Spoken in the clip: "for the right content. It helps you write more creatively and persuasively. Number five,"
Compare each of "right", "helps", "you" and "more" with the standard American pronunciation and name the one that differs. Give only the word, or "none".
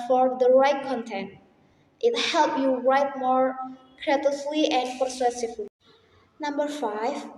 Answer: helps